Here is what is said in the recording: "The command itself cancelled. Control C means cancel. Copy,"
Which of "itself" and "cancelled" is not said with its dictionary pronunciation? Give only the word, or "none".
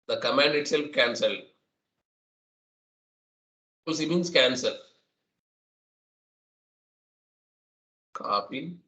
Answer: none